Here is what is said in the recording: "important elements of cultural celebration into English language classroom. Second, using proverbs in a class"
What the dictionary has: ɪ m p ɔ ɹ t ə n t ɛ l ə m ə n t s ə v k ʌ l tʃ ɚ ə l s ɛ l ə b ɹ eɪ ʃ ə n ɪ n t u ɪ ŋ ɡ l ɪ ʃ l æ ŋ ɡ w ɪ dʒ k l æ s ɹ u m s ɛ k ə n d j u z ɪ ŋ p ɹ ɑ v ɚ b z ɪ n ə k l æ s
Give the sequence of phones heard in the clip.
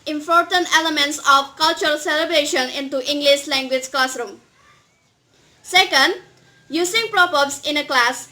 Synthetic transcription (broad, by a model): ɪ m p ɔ ɹ t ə n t ɛ l ə m ə n t s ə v k ʌ l tʃ ɚ ə l s ɛ l ə b ɹ eɪ ʃ ə n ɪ n t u ɪ ŋ ɡ l ɪ ʃ l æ ŋ ɡ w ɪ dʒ k l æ s ɹ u m s ɛ k ə n d j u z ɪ ŋ p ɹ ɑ p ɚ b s ɪ n ə k l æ s